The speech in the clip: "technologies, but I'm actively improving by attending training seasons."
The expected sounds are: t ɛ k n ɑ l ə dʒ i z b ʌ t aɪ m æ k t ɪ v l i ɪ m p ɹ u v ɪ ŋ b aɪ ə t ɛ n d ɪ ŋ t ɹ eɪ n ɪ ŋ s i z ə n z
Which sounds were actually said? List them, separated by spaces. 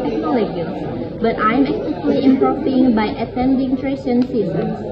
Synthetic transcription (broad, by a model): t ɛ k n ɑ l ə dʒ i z b ʌ t aɪ m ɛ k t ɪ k l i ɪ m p ɹ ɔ f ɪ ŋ b aɪ ə t ɛ n d ɪ ŋ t ɹ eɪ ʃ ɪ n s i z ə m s